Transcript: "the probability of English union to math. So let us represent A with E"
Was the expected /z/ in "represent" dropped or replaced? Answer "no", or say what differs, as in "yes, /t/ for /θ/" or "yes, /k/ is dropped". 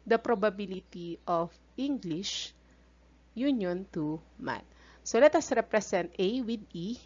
yes, /s/ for /z/